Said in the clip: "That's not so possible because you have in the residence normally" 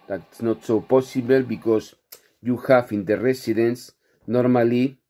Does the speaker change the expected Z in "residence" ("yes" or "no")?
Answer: yes